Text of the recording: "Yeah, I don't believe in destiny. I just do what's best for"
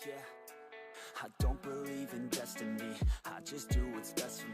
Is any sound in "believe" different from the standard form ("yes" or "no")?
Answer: no